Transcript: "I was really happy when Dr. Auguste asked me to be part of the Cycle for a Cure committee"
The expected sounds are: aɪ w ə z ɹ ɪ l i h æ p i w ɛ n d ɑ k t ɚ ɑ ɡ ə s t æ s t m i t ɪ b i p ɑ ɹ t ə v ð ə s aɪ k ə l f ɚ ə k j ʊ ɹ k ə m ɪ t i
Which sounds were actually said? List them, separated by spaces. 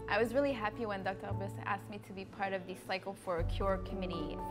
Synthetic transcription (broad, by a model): aɪ w ə z ɹ ɪ l i h æ p i w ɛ n d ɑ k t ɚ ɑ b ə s æ s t m i t ɪ b i p ɑ ɹ t ə v ð ə s aɪ k l f ɚ ə k j ʊ ɹ k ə m ɪ t i